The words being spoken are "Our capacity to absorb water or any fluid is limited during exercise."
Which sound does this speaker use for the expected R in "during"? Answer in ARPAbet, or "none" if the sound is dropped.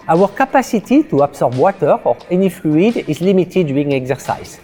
none